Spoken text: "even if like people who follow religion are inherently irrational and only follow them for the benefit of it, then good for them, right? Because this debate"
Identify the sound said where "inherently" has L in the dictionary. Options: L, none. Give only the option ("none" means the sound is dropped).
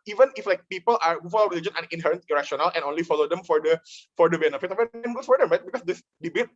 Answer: none